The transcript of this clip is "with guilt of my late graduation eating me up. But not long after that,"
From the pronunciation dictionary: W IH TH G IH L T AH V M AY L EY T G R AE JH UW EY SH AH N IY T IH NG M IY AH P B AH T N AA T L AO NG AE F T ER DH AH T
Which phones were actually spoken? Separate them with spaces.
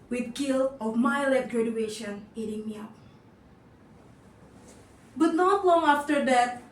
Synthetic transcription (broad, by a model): W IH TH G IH L AH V M AY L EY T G R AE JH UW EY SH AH N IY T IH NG M IY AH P B AH T N AA T L AO NG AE F T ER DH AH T